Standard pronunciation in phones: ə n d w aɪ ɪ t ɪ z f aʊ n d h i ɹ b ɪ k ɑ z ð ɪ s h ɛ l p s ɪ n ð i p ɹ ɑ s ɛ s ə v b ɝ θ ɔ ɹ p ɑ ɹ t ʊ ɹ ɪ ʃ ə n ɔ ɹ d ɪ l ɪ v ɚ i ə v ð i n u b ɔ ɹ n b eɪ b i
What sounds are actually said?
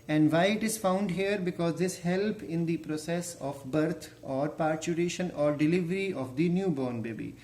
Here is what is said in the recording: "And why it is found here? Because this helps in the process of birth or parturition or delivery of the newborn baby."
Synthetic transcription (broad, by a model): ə n d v aɪ ɪ t ɪ z f aʊ n d h i ɹ b ɪ k ɑ z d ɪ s h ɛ l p ɪ n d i p ɹ ɑ s ɛ s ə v b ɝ t ɔ ɹ p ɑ ɹ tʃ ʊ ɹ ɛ ʃ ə n ɔ ɹ d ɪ l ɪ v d i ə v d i n u b ɔ ɹ n b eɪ b i